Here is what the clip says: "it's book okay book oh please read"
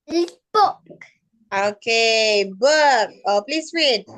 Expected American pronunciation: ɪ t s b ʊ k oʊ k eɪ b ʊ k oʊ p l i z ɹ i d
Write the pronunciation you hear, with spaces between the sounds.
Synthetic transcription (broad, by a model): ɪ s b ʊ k oʊ k eɪ b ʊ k oʊ p l i s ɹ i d